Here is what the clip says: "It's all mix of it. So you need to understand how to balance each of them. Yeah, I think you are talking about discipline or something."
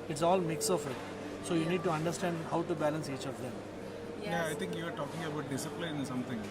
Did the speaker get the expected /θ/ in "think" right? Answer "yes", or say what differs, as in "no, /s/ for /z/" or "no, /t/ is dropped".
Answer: no, /t/ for /θ/